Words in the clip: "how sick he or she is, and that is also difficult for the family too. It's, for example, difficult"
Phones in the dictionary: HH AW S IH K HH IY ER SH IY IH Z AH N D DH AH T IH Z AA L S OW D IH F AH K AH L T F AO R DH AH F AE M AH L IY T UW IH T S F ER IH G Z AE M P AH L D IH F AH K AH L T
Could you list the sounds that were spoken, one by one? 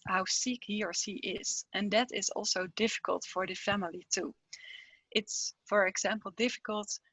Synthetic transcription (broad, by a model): HH AW S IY K HH IY ER S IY IH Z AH N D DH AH T IH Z AA L S OW D IH F AH K AH L T F AO R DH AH F AE M AH L IY T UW IH T S F ER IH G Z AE M P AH L D IH F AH K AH L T